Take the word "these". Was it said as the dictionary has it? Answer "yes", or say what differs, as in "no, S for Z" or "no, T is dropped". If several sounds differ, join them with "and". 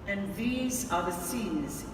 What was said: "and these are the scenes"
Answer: yes